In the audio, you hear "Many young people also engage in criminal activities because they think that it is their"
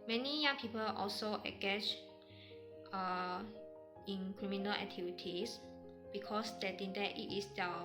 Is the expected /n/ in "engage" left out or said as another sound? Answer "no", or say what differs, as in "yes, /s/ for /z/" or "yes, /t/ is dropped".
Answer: yes, /n/ is dropped